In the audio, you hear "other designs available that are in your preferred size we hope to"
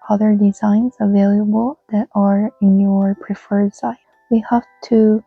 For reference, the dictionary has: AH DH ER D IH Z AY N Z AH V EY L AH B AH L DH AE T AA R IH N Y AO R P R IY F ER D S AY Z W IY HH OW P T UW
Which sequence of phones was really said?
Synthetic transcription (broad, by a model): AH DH ER D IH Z AY N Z AH V EY L AH B AH L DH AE T AA R IH N Y AO R P R IY F ER D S AY W IY HH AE F T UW